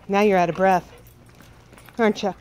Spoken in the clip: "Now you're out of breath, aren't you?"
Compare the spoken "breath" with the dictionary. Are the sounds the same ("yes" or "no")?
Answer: yes